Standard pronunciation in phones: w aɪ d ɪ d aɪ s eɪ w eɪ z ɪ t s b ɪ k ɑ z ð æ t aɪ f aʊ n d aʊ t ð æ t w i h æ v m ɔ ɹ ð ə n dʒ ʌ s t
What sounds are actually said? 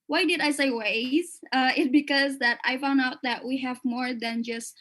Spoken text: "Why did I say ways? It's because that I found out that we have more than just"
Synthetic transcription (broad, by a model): w aɪ d ɪ d aɪ s eɪ w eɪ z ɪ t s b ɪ k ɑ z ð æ t aɪ f aʊ n d aʊ t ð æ t w i h æ v m ɔ ɹ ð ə n dʒ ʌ s t